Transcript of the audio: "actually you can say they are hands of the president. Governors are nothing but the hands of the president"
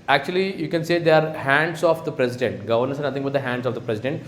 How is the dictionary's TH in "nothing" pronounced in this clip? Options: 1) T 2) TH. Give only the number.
1